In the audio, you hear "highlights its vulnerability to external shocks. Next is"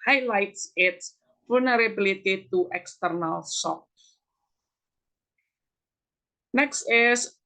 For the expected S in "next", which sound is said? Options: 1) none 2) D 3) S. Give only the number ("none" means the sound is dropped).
3